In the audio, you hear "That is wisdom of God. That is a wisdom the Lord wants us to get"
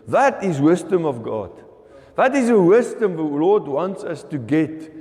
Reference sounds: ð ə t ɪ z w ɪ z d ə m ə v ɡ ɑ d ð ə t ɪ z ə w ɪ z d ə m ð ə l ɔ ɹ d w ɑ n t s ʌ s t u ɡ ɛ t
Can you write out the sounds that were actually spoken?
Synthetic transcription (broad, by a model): ð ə t ɪ z w ɪ z d ə m ə v ɡ ɑ d ð ə t ɪ z ə w ɪ z d ə m ð ə l ɔ d w ɑ n t s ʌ s t u ɡ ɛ t